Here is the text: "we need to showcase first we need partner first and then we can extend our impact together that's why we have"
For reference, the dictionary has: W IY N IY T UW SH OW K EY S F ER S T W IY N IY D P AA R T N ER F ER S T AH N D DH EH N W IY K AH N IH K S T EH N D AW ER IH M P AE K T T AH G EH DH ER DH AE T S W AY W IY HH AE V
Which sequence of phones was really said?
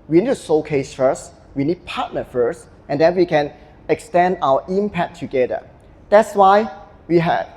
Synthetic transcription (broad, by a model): W IY N IY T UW S OW K EY S F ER S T W IY N IY D P AA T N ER F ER S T AH N D EH N W IY K AH N IH K S T EH N D AW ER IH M P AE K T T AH G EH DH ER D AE T S W AY W IY HH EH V